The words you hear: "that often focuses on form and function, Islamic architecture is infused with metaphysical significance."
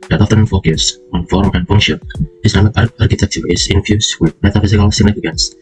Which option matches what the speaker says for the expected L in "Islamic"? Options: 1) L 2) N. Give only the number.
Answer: 2